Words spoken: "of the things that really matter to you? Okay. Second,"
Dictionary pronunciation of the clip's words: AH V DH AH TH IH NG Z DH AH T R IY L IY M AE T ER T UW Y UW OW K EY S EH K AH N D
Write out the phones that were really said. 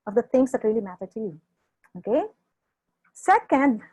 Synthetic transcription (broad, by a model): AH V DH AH T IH NG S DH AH T R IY L IY M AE T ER T UW Y UW OW K EY S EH K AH N D